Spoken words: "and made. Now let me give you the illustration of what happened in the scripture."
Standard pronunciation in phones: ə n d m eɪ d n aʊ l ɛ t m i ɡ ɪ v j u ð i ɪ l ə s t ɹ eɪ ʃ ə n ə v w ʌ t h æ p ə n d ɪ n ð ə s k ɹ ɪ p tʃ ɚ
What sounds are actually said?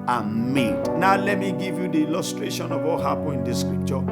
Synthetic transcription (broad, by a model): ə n m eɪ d n aʊ l ɛ t m i ɡ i v j u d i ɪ l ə s t ɹ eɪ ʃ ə n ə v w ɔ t h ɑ p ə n ɪ n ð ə s k ɹ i p tʃ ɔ